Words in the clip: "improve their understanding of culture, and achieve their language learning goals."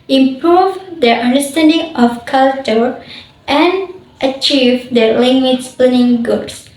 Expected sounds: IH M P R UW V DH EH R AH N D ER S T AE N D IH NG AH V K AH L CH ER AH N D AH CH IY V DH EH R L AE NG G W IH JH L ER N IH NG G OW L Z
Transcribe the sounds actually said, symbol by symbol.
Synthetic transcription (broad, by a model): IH M P R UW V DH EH R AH N D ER S T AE N D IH NG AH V K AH L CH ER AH N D AH CH IY V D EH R L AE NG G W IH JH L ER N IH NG G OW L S